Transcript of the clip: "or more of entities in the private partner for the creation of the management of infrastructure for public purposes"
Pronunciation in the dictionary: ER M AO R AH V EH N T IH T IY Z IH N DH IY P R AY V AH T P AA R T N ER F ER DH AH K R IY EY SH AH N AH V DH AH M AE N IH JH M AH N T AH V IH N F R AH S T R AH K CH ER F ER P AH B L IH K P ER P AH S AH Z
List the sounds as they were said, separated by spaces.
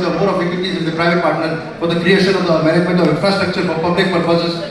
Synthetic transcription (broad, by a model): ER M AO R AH B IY T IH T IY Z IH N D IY P R AY V AH T P AA R T N ER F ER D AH K R IY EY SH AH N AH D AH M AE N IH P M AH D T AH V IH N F R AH S T R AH K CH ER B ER P AH B L IH K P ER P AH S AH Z